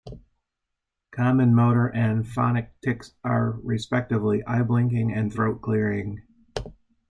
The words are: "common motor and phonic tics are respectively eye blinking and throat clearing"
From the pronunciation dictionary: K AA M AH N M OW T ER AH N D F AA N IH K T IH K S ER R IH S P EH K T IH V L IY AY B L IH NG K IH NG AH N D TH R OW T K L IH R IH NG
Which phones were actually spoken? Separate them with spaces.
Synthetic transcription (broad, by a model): K AA M AH N M OW T ER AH N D F AA N IH K T IH K S ER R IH S P EH K T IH V L IY AY B L IH NG K IH NG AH N TH R OW T K L IH R IH NG